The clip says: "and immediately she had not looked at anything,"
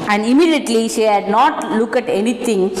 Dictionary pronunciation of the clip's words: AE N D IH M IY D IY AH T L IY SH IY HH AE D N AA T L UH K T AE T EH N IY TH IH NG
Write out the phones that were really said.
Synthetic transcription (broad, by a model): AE N D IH M IY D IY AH T L IY SH IY HH AE D N AA T L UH K AE T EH N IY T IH NG